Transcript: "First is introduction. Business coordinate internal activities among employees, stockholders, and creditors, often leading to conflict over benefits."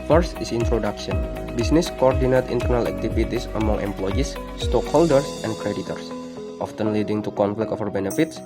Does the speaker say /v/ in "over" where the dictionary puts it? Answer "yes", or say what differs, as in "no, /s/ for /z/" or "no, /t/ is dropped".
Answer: no, /f/ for /v/